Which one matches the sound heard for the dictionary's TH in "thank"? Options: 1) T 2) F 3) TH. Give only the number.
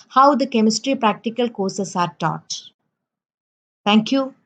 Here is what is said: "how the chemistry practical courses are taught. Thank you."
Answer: 1